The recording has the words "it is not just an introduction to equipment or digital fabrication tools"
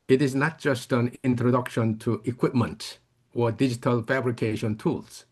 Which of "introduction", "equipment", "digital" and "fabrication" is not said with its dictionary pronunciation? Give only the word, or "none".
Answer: none